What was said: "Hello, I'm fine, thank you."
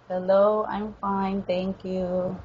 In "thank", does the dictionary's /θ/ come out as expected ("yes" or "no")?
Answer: no